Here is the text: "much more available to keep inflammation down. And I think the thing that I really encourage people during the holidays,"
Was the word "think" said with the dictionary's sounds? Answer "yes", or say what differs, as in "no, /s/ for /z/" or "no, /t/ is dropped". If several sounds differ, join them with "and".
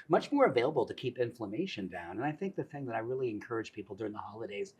yes